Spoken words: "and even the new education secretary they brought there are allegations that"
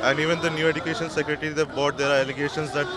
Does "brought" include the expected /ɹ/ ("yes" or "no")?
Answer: no